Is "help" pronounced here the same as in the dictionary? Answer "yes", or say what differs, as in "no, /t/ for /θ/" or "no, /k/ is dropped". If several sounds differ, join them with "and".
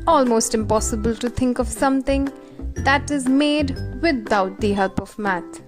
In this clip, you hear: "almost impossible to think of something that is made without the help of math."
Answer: yes